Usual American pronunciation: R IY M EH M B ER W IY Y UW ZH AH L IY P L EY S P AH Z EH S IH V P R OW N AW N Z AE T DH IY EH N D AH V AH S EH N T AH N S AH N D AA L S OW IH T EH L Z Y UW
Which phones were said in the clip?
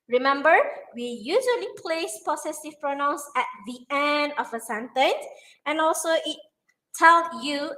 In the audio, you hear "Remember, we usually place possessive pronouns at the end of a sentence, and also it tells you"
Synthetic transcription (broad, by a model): R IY M EH M B ER W IY Y UW ZH AH L IY P L EY S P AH S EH S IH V P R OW N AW N S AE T DH IY EH N D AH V AH S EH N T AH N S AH N AA L S OW IH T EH L Y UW